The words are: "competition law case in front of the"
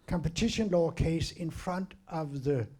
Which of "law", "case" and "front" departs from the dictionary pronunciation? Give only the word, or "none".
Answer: none